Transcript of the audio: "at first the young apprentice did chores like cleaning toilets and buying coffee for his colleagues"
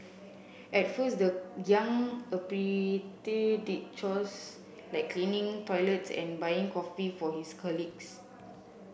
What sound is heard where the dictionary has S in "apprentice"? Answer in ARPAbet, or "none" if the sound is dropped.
none